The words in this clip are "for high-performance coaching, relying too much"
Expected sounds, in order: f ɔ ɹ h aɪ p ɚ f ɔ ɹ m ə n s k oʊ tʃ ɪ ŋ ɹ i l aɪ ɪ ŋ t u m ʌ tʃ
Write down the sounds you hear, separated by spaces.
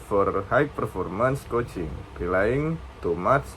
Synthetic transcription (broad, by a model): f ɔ ɹ h aɪ p ɚ f ɔ ɹ m ə n s k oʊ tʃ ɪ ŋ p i l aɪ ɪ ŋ t u m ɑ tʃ